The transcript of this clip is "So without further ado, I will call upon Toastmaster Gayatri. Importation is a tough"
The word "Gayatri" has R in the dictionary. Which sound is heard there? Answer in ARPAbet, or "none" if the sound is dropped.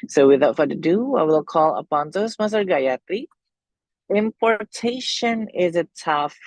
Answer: none